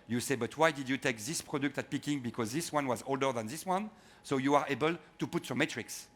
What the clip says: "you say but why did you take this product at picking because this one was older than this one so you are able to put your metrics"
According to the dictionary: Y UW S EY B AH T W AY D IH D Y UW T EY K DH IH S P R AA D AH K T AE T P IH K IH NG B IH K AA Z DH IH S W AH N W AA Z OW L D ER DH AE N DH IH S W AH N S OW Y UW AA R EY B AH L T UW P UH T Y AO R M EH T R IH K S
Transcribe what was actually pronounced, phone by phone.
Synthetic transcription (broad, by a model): Y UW S EY B AH T W AY D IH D Y UW T EY K DH IH S P R AA D AH K T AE T P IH K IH NG B IH K AA Z DH IH S W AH N W AA Z OW L D ER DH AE N DH IH S W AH N S OW Y UW AA R EY B AH L T UW P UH T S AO M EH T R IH K S